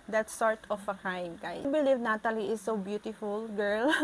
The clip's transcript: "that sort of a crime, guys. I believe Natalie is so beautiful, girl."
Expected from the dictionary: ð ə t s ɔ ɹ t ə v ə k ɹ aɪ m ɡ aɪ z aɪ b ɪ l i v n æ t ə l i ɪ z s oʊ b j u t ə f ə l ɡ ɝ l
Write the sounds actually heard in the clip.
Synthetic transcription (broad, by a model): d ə t s ɔ ɹ t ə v ə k aɪ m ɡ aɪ aɪ b ɪ l i v n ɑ t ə l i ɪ s oʊ b j u t ə f ə l ɡ ɝ l